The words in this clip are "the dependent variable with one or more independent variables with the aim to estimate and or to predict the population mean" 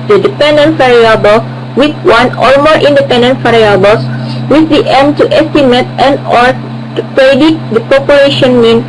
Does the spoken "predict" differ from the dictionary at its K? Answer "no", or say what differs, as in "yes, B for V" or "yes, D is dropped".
yes, K is dropped